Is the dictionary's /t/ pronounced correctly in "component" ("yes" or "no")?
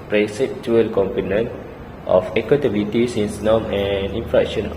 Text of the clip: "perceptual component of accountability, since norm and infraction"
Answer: yes